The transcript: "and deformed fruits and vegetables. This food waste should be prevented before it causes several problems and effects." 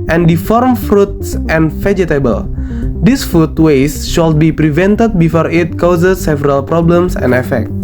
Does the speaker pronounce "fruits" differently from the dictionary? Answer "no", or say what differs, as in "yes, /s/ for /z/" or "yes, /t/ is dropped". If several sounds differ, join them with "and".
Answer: no